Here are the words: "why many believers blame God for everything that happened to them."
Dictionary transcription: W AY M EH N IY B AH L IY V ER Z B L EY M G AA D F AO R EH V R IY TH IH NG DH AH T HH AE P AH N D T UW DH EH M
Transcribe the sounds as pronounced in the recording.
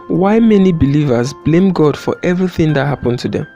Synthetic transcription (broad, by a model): W AY M EH N IY B AH L IY V ER Z B L EY M G AA D F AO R EH V R IY TH IH NG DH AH T HH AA P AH N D T UW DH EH M